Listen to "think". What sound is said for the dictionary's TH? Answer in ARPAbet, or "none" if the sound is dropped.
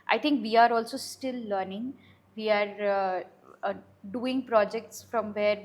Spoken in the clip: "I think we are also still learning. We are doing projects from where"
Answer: T